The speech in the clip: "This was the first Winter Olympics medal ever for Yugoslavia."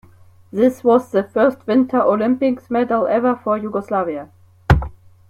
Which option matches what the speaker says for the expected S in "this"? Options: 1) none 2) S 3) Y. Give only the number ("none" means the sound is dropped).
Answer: 2